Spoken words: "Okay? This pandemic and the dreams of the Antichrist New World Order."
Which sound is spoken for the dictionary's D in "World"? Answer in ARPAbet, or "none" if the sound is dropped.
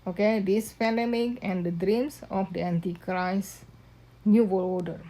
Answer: none